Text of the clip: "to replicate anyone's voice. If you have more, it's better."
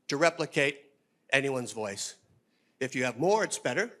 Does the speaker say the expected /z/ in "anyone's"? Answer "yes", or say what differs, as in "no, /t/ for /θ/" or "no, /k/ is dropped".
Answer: yes